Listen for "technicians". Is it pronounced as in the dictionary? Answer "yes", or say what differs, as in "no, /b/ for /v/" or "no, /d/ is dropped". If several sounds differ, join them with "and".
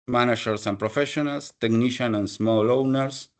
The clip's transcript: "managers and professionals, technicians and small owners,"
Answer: no, /z/ is dropped